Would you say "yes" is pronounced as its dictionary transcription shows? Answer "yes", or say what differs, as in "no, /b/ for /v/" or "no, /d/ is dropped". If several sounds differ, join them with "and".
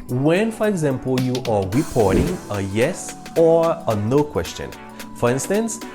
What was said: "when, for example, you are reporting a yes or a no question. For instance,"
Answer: yes